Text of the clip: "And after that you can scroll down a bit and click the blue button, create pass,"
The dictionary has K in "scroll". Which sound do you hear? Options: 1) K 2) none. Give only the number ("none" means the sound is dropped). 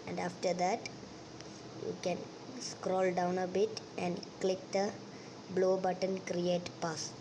1